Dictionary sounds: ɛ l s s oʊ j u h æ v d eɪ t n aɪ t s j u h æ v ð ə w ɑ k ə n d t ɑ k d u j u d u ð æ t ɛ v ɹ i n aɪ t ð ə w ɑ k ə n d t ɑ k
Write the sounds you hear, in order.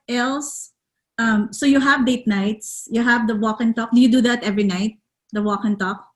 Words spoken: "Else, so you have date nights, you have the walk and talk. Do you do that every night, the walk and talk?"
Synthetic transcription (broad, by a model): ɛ l s s oʊ j u h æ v d eɪ t n aɪ t s j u h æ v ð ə w ɑ k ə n t ɑ k d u j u d u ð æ t ɛ v ɹ i n aɪ t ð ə w ɑ k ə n t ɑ k